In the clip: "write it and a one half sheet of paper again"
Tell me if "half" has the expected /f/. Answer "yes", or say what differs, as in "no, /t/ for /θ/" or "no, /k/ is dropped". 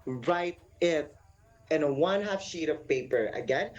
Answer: yes